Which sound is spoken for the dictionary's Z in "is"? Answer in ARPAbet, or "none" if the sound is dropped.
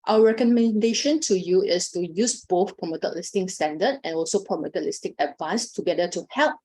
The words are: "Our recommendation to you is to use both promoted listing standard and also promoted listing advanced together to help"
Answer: S